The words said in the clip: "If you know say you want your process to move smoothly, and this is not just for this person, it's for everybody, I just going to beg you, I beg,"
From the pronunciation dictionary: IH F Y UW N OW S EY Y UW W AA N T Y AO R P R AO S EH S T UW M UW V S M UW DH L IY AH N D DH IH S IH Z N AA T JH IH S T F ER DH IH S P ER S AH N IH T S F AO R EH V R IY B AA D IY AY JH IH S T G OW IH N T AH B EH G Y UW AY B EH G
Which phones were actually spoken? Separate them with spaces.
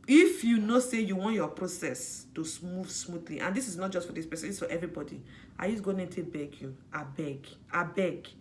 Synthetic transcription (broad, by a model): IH F Y UW N OW S EY Y UW W AA N T Y AO P R AO S EH S T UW M UW V S M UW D L IY AH N D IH S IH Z N AA T JH IH S T F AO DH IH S P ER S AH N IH S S F AO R EH V R IY B AA D IY AY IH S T G OW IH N T AH B EH G Y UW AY B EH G